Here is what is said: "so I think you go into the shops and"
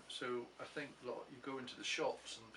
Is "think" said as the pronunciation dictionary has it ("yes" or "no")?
yes